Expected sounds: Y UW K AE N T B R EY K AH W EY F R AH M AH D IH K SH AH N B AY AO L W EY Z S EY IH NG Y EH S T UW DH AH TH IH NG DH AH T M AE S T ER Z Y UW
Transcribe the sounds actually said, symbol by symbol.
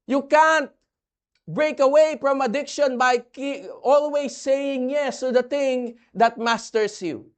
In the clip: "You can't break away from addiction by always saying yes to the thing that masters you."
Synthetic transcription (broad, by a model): Y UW K AE N T B R EY K AH W EY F R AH M AH D IH K SH AH N B AY AO L W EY S EY IH NG Y EH S T UW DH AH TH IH NG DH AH T M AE S T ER S Y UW